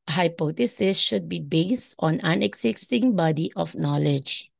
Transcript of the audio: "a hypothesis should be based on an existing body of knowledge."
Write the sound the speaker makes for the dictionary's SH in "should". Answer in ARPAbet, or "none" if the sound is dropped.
SH